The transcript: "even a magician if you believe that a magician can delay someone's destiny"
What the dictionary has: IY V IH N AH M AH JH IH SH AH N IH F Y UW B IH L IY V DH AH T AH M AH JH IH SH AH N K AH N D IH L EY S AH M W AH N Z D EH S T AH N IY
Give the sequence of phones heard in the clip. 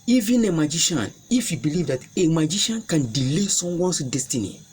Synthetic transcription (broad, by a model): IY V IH N AH M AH JH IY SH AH N IH F Y UW B IH L IY V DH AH T AH M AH JH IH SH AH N K AH N D IH L EY S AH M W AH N S D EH S T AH N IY